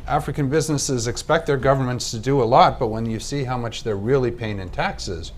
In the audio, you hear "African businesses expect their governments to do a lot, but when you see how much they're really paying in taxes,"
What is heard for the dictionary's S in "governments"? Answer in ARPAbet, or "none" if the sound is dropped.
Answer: S